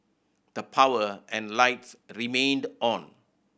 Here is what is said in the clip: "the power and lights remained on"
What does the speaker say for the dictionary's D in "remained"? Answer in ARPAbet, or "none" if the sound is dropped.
D